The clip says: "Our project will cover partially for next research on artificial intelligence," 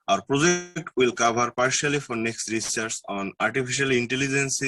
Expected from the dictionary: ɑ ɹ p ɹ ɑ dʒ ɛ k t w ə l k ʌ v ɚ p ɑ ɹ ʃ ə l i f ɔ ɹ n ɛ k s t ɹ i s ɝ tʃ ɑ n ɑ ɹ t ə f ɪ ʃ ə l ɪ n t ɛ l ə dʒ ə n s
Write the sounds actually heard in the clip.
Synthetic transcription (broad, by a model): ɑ ɹ p ɹ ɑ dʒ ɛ k t w ə l k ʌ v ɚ p ɑ ɹ ʃ ə l i f ɔ ɹ n ɛ k s t ɹ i s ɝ s ɑ n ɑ ɹ t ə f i ʃ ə l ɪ n t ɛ l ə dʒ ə n s